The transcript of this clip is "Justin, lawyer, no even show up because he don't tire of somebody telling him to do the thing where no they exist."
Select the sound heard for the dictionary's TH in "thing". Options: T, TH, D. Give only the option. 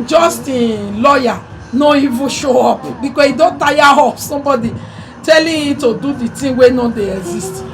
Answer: T